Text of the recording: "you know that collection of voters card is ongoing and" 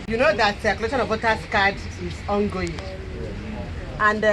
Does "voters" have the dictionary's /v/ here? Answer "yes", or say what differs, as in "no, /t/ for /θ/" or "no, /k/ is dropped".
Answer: no, /w/ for /v/